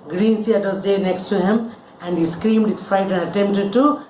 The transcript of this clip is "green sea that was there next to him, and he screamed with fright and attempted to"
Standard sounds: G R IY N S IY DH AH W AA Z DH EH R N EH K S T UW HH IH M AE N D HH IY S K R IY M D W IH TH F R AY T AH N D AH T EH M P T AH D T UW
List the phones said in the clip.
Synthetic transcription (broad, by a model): G R IY N S IY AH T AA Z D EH N EH K S T UW HH IH M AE N D HH IY S K R IY M D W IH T F AY T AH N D AH T EH M P T AH D T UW